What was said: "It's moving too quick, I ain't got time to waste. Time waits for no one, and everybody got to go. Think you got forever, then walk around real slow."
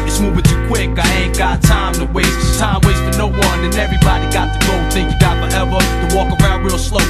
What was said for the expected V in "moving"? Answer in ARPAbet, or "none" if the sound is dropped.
B